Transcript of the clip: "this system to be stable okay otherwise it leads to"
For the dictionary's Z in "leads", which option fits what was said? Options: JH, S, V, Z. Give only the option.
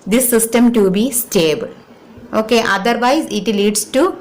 S